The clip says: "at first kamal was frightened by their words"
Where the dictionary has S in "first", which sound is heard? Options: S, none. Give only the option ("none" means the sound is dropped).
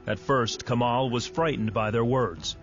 S